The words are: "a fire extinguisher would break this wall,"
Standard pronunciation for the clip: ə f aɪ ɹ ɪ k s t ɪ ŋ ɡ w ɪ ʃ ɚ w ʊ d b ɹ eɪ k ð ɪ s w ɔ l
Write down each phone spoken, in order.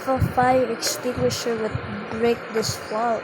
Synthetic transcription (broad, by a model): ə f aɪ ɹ ɪ k s t ɪ ŋ ɡ w ɪ ʃ ɚ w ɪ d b ɹ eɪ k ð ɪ s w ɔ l